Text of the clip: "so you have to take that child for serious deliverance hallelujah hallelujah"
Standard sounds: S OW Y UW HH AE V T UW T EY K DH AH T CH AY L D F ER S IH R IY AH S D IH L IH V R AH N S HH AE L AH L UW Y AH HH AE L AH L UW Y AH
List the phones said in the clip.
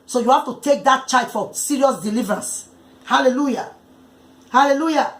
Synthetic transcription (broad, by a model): S OW Y UW HH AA F T UW T EY K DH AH T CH AY D F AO S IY R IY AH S D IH L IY V R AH N S HH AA L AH L UW Y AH HH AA L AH L UW Y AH